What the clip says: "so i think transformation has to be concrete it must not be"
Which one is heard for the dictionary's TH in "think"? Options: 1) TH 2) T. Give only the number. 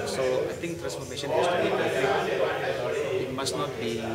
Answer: 2